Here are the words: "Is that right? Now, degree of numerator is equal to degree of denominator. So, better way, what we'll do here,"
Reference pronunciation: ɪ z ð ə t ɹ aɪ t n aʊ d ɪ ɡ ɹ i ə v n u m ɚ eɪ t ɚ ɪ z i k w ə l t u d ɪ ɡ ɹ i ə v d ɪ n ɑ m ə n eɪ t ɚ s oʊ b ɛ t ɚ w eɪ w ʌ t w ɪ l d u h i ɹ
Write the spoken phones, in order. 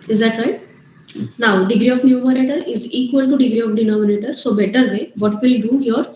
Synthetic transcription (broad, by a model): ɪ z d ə t ɹ aɪ t n aʊ d ɪ ɡ ɹ i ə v n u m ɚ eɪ t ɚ ɪ z i k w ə l t u d ɪ ɡ ɹ i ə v d ɪ n ɑ m ə n eɪ t ɚ s oʊ b ɛ t ɚ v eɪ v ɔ t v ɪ l d u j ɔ ɹ